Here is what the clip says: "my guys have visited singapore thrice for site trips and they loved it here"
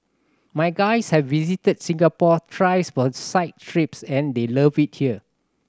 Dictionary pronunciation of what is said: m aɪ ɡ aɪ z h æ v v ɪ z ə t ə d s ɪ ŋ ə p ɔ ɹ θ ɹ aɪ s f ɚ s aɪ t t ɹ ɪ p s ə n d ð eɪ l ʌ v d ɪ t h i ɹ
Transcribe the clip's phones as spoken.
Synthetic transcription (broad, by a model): m aɪ ɡ aɪ s h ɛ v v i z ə t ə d s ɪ ŋ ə p ɔ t ɹ aɪ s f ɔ s aɪ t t ɹ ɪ p s ə n d eɪ l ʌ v ɪ t h i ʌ